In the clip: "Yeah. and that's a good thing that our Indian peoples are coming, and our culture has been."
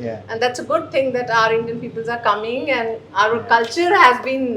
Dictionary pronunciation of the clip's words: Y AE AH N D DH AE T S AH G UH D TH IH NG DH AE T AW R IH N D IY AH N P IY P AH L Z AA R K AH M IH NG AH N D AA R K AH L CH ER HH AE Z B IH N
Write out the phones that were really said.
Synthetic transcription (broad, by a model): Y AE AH N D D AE T S AH G UH D T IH NG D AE T AW R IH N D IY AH N P IY P AH L Z AA R K AH M IH NG AH N D AA R K AH L CH ER HH AE Z B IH N